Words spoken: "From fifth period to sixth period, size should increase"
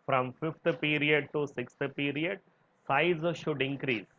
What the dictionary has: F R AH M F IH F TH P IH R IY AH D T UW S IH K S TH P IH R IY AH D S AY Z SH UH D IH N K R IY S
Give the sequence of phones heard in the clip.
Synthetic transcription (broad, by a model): F R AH M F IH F T P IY R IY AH D T UW S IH K S T P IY R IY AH D S AY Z SH UH D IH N K R IY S